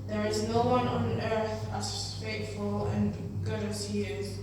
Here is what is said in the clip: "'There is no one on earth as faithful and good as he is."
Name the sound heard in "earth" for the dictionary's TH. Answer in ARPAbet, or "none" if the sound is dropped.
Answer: TH